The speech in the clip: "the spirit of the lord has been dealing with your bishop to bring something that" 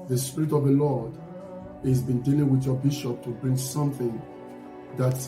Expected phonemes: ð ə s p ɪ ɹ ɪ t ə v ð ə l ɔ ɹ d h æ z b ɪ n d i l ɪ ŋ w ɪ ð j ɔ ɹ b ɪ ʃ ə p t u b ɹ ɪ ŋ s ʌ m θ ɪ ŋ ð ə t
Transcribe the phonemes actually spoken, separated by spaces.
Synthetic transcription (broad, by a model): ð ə s p ɪ ɹ ɪ t ə v ð ə l ɔ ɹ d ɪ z b ɪ n d i l ɪ ŋ w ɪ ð j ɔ b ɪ ʃ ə p t u b ɹ ɪ ŋ s ʌ m θ ɪ ŋ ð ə t